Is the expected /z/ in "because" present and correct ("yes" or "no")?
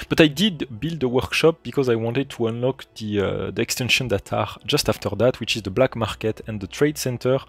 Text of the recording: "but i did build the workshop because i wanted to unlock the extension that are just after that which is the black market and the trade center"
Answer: yes